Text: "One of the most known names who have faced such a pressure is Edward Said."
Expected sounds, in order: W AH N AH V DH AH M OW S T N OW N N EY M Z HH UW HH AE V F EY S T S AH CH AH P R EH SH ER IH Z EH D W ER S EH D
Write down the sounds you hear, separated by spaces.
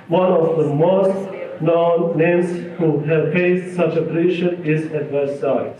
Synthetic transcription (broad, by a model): W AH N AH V DH AH M OW S T N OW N N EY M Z HH UW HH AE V P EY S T S AH CH AH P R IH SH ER IH Z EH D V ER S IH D